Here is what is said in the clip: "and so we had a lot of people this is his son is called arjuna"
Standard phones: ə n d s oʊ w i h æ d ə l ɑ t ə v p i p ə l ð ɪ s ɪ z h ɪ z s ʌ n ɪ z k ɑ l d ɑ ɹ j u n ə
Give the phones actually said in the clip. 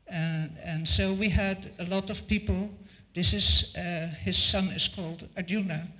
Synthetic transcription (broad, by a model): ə n s oʊ w i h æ d ə l ɑ t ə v p i p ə l ð ɪ s ɪ z h ɪ z s ʌ n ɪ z k ɑ l d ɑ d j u n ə